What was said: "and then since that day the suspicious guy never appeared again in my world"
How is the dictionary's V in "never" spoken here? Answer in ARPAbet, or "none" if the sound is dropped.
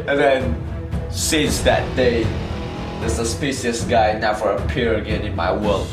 F